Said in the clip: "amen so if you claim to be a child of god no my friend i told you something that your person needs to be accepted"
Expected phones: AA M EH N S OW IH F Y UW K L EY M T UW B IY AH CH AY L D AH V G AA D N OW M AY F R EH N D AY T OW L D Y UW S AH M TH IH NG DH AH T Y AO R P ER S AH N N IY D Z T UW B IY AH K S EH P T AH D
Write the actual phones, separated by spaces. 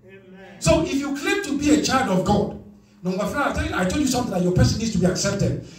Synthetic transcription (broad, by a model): S OW IH F Y UW K L EY M T UW B IY AH CH AY L D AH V G AA D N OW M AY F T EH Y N AY T OW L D Y UW S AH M T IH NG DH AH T Y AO P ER S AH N N IY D S T UW B IY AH K S EH P T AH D